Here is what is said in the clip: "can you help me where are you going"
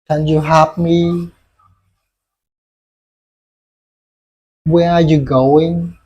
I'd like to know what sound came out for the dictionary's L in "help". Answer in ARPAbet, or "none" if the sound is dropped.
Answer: none